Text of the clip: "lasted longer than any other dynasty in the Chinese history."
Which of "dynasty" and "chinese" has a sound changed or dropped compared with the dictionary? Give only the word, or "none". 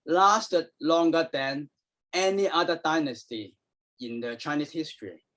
chinese